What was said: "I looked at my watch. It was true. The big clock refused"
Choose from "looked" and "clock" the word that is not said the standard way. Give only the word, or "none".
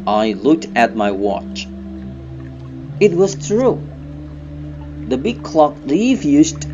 none